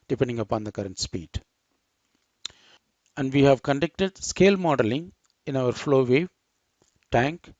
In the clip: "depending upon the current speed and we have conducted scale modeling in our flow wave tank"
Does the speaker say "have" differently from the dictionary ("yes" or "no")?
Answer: no